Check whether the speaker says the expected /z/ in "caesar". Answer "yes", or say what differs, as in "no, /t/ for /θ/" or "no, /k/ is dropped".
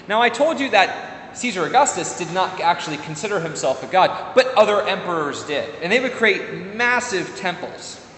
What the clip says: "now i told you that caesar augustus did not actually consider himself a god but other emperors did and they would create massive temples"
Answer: yes